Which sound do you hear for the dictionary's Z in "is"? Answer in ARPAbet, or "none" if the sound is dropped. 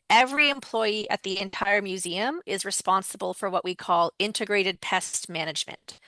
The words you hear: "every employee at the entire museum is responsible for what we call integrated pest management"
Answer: Z